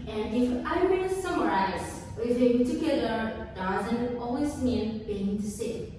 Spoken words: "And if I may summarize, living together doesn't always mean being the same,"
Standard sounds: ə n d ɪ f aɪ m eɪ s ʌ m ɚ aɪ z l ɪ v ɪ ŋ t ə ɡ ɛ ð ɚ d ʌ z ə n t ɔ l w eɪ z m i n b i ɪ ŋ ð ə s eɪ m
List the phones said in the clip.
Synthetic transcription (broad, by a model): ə n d ɪ f aɪ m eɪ s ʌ m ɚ aɪ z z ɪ ɪ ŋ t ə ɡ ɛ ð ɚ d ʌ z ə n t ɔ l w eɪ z m i n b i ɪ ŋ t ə s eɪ